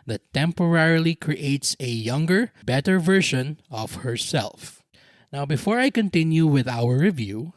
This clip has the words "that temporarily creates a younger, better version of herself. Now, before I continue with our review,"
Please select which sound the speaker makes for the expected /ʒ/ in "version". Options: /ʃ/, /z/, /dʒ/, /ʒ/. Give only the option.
/ʃ/